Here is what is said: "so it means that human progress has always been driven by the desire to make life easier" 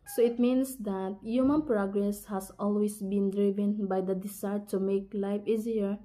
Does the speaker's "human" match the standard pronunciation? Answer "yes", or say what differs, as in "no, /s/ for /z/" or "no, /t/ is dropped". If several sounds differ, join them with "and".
yes